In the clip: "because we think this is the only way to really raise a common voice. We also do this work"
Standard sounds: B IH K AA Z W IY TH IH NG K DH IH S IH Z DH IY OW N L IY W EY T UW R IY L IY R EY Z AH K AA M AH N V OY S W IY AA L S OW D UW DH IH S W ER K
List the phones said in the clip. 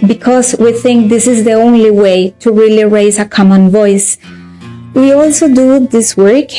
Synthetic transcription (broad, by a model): B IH K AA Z W IY TH IH NG K DH IH S IH Z DH IY OW N L IY W EY T UW R IY L IY R EY Z AH K AA M AH N V OY S W IY AA L S OW D UW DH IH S W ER K